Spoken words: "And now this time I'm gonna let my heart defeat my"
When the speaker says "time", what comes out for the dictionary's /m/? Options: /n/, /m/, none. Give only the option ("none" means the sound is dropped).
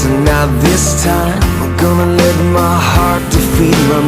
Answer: none